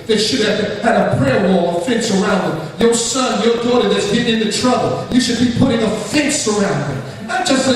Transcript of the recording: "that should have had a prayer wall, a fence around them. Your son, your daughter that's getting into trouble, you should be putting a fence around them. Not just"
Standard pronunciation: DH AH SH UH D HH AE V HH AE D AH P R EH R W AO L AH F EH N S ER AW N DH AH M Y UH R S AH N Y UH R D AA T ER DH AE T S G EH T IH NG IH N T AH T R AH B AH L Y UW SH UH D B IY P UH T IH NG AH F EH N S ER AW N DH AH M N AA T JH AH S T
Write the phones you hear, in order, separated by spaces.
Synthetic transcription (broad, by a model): DH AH SH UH D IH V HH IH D AH P R EH R W AO L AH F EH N S ER AW N DH AH M Y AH R S AH N Y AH R D AA T ER DH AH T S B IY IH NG IH N T AH T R AH B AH L Y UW SH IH D B IY P UH T IH NG AH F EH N S ER AW N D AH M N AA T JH AH S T